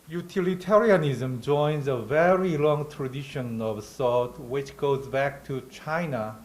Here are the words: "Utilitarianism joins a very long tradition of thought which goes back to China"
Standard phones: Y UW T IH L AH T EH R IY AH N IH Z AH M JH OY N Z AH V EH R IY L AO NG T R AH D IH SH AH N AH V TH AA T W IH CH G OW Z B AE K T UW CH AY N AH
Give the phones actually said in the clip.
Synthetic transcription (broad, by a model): Y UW T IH L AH T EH R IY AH N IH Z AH M JH OY N Z AH V EH R IY L AO NG T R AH D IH SH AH N AH V S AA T W IH CH G OW Z B AE K T UW CH AY N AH